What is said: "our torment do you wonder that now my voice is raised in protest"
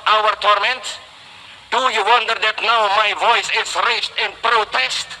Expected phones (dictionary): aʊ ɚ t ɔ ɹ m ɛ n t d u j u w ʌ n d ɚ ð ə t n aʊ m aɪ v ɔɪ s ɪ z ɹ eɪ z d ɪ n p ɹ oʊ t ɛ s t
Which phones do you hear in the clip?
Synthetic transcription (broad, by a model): aʊ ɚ t ɔ ɹ m ɛ n t d u j u w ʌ n d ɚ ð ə t n aʊ m aɪ v ɔɪ s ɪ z ɹ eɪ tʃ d ɪ n p ɹ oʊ t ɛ s t